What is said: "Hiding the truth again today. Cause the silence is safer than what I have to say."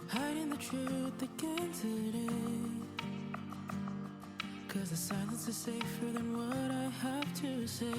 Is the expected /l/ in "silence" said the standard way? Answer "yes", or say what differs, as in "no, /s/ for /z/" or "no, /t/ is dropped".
no, /n/ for /l/